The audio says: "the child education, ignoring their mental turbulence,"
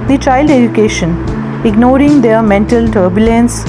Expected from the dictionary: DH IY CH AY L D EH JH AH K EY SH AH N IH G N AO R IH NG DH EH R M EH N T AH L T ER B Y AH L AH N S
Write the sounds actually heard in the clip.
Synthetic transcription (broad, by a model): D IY CH AY L D EH JH AH K EY SH AH N IH G N AO R IH NG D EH R M EH N T AH L T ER B Y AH L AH N S